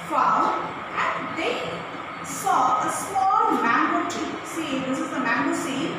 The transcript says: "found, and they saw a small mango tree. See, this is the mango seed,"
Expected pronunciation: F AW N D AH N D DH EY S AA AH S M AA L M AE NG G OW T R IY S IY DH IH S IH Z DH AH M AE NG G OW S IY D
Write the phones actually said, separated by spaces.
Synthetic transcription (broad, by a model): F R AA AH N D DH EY S AA AH S M AA L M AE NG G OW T IY S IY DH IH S IH Z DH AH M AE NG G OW S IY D